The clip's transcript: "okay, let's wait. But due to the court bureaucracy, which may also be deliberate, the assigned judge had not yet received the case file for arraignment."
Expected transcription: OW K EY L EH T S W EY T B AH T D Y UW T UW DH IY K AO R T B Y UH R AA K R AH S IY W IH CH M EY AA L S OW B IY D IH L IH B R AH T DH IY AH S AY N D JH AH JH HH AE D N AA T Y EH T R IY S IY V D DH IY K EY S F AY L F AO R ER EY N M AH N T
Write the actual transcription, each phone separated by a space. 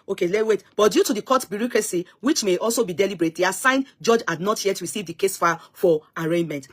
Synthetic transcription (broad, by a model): OW K EY L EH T W EY T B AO T D Y UW T UW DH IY K AO T B Y UH R AA K R AH S IY W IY CH M EY AA L S OW B IY D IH L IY B R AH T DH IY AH S AY N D JH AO JH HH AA D N AA T Y EH T R IY S IY V D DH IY K EY S F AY F AO R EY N M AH N T